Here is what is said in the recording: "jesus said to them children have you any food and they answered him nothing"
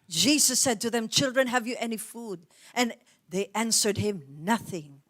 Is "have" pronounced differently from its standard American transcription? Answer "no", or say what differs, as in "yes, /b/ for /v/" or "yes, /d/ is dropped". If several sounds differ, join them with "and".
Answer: no